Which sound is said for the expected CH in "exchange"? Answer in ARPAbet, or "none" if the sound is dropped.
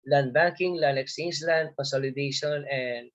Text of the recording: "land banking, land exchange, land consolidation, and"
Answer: none